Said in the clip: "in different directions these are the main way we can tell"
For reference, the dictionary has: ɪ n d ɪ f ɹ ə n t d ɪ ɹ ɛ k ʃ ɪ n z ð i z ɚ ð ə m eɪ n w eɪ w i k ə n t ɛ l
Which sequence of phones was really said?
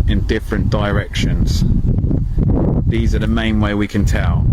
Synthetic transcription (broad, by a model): ɪ n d ɪ f ɹ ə n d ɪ ɹ ɛ k ʃ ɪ n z ð i z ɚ ð ə m eɪ n w eɪ w i k ə n t ɛ l